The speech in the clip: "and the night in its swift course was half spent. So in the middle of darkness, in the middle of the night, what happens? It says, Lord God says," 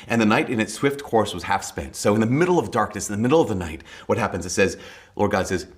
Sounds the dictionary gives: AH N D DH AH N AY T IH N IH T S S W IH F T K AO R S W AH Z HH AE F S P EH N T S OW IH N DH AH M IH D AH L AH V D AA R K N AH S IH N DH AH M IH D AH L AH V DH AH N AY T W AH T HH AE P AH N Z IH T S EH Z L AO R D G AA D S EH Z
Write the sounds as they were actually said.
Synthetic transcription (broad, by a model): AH N DH AH N AY T IH N IH T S S W IH F T K AO R S W AH Z HH AE F S P EH N T S OW IH N DH AH M IH D L AH V D AA R K N AH S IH N DH AH M IH D L AH V DH AH N AY T W AH T HH AE P AH N Z IH T S EH Z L AO R D G AA D S EH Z